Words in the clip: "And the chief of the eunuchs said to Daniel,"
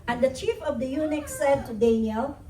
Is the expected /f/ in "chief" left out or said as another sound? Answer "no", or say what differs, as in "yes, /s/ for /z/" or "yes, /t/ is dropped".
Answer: no